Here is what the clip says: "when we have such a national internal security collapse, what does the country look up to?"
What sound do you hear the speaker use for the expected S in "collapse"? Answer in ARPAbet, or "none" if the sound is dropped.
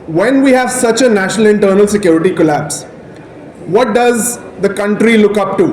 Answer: S